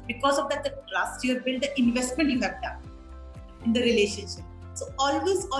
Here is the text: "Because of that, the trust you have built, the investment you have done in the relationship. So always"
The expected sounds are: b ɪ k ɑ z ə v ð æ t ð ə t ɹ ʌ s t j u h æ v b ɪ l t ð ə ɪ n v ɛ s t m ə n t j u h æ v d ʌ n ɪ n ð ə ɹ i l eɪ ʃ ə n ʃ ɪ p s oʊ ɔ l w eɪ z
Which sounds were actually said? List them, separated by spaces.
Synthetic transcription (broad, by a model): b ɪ k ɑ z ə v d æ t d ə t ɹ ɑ s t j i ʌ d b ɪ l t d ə ɪ n v ɛ s t m ə n t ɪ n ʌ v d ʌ ɪ n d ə ɹ i l eɪ ʃ ə n ʃ ɪ p s oʊ ɔ l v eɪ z